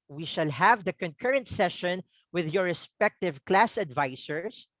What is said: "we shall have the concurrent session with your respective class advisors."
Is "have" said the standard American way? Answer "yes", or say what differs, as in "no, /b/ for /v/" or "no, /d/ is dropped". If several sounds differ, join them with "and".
yes